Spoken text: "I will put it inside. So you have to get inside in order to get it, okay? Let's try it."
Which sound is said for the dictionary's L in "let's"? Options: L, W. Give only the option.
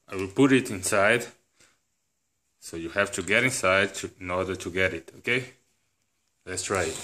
L